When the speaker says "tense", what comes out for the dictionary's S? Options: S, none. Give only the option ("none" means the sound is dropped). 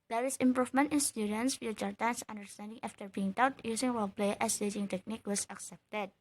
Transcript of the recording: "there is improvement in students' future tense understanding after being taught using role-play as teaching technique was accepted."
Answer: S